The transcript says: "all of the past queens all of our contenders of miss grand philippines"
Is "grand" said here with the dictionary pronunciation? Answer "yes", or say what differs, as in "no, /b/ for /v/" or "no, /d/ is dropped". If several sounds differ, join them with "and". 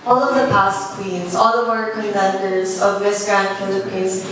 yes